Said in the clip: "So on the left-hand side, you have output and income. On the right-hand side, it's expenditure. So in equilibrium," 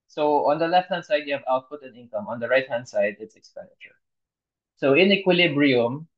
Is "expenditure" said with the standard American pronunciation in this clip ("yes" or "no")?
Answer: yes